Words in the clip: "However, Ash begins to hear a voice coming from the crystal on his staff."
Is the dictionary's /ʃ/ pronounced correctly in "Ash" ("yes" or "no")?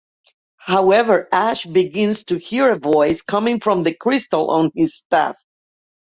yes